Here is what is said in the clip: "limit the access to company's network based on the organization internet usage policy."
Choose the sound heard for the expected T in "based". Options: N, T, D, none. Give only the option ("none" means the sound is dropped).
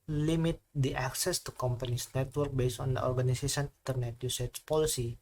none